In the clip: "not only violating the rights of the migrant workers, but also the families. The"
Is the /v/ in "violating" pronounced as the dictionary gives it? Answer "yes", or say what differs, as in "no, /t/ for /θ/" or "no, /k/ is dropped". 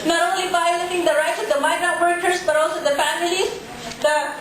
no, /b/ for /v/